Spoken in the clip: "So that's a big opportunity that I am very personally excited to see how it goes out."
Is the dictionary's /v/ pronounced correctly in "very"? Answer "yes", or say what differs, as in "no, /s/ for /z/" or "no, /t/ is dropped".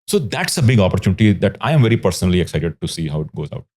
yes